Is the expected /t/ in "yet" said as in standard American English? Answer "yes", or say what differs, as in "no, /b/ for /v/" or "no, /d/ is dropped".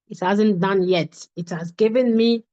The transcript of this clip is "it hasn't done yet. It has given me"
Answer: yes